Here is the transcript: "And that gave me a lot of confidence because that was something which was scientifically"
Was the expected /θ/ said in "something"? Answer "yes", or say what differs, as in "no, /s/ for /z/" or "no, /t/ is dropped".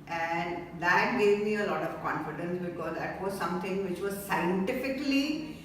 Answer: no, /t/ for /θ/